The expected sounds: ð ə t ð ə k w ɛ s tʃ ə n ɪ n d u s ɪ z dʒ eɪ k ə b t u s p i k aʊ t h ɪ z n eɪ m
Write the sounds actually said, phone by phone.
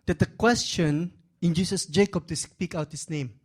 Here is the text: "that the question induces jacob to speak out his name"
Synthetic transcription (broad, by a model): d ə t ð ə k w ɛ s tʃ ə n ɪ n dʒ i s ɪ s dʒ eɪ k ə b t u s p i k aʊ t h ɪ s n eɪ m